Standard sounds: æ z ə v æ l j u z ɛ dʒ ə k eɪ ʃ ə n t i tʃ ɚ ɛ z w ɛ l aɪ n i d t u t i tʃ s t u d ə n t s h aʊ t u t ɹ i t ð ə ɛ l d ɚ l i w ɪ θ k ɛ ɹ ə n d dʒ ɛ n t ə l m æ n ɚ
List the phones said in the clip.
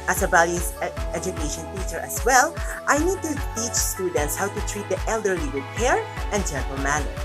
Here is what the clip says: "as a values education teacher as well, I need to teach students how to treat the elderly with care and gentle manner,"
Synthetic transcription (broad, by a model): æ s ə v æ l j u s ɛ dʒ ə k eɪ ʃ ə n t i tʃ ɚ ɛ s w ɛ l aɪ n i d t u t i tʃ s t u d ə n t s h aʊ t u t ɹ i t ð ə ɛ l d ɚ l i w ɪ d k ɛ ɹ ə n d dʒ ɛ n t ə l m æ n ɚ